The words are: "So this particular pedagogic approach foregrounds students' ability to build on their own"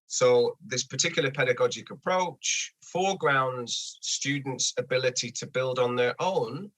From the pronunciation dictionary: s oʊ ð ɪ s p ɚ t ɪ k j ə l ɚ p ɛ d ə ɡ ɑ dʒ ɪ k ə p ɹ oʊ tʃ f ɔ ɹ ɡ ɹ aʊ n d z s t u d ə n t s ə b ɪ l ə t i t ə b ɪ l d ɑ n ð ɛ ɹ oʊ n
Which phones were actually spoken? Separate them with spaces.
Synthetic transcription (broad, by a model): s oʊ ð ɪ s p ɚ t ɪ k j l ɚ p ɛ d ə ɡ ɑ dʒ ɪ k ə p ɹ oʊ tʃ f ɔ ɡ ɹ aʊ n d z s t u d n t s ə b ɪ l ə t i t ə b ɪ l d n ð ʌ ɹ oʊ n